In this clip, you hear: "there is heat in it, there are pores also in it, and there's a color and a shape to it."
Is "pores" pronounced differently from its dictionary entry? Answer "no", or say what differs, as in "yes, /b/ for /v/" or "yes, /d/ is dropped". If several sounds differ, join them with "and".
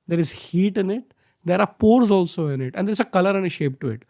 no